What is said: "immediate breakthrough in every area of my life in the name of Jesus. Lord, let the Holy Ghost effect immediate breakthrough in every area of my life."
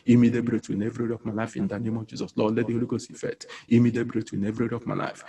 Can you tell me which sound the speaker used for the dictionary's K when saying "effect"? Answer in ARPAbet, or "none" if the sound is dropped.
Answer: none